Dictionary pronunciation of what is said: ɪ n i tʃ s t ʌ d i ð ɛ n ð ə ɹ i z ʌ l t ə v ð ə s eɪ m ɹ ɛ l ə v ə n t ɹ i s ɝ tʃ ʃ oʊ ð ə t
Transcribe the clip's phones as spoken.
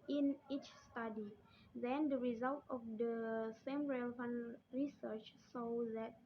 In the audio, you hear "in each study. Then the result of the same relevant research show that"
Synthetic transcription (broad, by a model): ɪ n i tʃ s t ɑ d i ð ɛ n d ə ɹ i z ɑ l t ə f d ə s eɪ m ɹ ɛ l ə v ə n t ɹ i s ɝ tʃ s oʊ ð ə t